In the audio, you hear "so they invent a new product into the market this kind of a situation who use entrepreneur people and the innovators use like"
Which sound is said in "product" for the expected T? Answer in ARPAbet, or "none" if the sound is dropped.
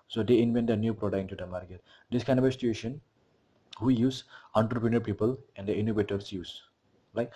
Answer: none